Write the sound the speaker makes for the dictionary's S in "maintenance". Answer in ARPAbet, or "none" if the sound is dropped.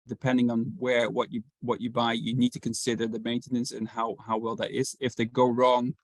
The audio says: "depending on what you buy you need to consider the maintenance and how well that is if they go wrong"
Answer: S